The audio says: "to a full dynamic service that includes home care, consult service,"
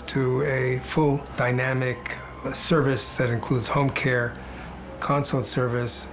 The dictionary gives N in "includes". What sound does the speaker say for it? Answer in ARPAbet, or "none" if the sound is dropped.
N